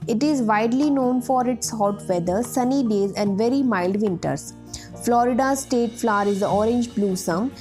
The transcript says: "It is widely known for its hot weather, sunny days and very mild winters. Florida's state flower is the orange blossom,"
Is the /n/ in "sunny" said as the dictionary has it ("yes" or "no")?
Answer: yes